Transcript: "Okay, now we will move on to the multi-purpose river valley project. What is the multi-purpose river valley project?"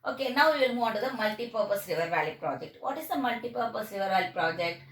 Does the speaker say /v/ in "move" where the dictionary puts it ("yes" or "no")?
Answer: no